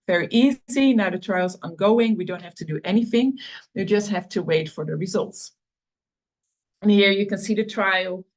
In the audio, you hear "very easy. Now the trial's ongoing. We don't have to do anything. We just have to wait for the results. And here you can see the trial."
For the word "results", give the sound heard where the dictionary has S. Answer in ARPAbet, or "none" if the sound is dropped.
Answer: S